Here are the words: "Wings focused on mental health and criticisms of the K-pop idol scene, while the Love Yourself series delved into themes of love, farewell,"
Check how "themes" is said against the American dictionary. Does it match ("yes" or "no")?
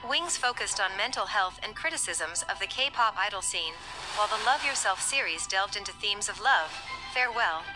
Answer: yes